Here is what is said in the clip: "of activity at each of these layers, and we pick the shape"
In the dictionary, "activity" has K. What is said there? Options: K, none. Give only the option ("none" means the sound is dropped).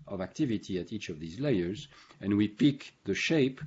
K